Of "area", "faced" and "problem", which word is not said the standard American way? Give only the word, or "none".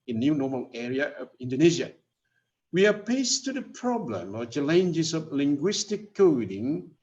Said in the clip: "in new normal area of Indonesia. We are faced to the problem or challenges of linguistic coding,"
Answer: faced